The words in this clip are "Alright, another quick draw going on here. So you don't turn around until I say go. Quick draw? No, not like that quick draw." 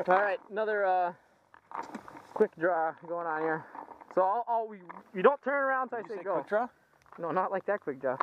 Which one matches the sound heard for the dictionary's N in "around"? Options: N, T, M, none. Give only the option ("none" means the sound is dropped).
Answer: N